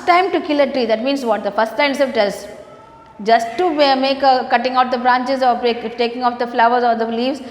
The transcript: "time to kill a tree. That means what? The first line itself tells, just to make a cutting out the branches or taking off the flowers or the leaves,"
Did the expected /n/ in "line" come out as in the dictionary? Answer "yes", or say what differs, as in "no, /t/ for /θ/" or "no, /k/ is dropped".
no, /n/ is dropped